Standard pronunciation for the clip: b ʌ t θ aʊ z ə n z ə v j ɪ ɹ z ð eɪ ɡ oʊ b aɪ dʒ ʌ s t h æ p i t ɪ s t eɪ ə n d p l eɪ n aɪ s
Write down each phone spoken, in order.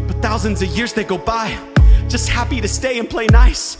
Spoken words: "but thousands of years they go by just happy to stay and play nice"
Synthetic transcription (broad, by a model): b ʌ t θ aʊ z ə n z ə v j ɪ ɹ z ð eɪ ɡ oʊ b aɪ dʒ ʌ s t h æ p i t ɪ s t eɪ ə n p l eɪ n aɪ s